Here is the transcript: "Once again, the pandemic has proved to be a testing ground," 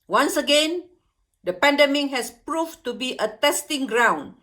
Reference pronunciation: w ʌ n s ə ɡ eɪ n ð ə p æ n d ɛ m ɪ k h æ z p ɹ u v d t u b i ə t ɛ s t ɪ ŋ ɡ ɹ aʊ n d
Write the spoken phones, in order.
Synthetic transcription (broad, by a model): w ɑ n s ə ɡ eɪ n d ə p æ n d ɛ m ɪ k h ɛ s p ɹ u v t u b i ə t ɛ s t ɪ ŋ ɡ ɹ aʊ n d